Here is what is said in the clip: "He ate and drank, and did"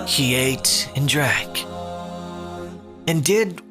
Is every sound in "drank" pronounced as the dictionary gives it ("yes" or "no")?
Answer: no